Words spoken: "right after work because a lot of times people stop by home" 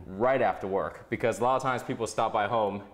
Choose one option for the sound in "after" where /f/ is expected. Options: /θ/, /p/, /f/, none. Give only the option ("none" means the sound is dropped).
/f/